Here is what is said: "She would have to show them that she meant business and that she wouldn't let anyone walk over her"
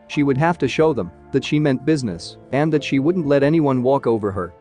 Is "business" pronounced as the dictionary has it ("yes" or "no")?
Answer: yes